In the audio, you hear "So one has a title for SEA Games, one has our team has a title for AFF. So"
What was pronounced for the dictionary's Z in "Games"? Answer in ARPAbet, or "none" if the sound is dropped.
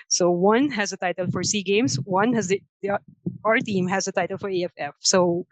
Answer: S